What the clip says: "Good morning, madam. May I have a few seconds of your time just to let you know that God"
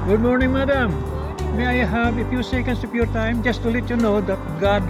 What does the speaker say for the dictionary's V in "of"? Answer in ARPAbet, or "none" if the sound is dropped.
P